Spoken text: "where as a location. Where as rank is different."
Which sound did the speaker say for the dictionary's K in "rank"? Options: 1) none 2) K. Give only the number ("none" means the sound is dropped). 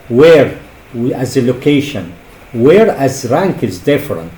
2